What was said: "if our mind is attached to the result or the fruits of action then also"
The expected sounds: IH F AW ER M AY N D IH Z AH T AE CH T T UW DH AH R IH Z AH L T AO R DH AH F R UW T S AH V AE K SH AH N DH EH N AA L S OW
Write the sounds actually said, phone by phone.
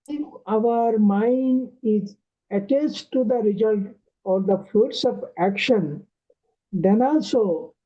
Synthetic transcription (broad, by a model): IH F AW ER M AY N D IH Z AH T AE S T T UW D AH R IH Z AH L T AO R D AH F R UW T S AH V AE K SH AH N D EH N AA L S OW